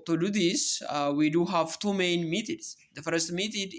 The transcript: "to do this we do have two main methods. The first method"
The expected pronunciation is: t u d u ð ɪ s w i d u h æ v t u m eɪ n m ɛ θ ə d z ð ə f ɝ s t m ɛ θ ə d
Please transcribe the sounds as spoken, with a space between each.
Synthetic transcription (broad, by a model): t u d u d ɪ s w i d u h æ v t u m eɪ n m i t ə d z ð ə f ɝ s t m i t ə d